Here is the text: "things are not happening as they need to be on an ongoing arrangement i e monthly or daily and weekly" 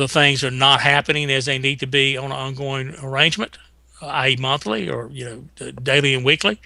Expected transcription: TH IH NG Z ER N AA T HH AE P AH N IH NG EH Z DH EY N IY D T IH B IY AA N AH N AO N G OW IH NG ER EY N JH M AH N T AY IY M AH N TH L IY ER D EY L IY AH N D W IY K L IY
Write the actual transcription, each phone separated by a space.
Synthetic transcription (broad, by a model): TH IH NG Z ER N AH T HH AE P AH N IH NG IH Z DH EY N IY D T IH B IY AH N AO N G OW IH NG ER EY N JH M AH N T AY M AH N TH L IY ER D EY L IY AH N W IY K L IY